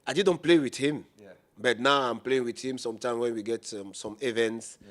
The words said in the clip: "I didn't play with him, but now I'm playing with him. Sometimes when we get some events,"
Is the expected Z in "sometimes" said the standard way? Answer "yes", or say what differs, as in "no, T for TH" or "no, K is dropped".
no, Z is dropped